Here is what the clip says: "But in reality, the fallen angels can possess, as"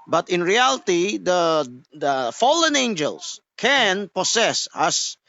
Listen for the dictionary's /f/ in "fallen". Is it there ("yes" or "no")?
yes